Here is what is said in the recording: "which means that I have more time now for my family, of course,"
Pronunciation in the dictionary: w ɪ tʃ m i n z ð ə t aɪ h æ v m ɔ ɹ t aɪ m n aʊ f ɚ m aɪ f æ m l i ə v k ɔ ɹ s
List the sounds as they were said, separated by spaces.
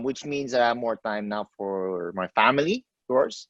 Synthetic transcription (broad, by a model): w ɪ tʃ m i n z ð ə t aɪ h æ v m ɔ ɹ t aɪ m n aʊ f ɚ m aɪ f æ m l i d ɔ ɹ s